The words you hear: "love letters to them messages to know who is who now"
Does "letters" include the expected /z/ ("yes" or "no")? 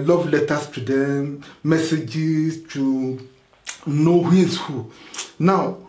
no